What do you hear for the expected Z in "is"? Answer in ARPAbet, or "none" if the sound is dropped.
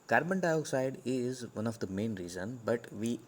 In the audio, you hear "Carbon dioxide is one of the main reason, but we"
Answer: Z